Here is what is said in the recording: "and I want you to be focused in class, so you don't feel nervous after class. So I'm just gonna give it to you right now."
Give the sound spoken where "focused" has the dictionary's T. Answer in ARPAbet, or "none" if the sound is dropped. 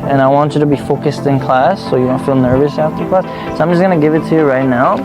T